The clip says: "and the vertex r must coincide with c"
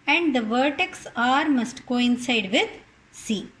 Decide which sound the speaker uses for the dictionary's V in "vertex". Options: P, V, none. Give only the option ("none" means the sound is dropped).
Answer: V